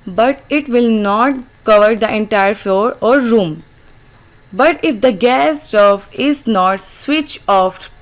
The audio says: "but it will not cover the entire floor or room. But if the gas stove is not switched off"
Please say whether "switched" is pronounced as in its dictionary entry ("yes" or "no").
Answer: no